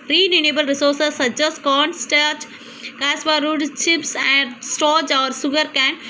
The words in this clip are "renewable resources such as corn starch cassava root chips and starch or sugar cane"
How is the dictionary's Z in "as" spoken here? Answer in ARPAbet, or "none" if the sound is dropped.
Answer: S